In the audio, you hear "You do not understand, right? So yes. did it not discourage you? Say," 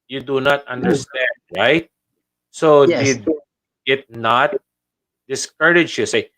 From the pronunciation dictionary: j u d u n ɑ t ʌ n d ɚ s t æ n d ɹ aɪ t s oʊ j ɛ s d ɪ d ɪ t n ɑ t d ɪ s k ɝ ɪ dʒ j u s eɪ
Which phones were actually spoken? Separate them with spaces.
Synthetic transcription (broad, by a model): j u d u n ɑ t ʌ n d ɚ s t æ n d ɹ aɪ t s oʊ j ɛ d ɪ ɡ ɪ t n ɑ t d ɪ s k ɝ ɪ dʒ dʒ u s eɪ